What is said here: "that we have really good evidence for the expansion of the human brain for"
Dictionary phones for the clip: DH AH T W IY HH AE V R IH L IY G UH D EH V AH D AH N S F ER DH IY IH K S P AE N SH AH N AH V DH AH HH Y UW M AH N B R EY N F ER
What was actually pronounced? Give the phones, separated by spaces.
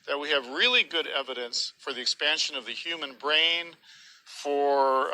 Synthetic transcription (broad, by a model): DH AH T W IY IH V R IH L IY G UH D EH V AH D AH N S F ER DH IY IH K S P AE N SH AH N AH V DH AH HH Y UW M AH N B R EY N F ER